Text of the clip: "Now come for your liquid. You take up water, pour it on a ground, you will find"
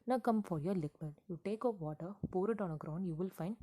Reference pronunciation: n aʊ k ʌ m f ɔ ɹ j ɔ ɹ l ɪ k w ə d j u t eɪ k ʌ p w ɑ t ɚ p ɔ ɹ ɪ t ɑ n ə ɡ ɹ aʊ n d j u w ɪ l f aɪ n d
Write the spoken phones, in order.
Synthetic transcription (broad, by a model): n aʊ k ʌ m f ɔ ɹ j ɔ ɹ l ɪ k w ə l j u t eɪ k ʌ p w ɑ t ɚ p ɔ ɹ ɪ t ɑ n ə ɡ ɹ aʊ n d j u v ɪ l f aɪ n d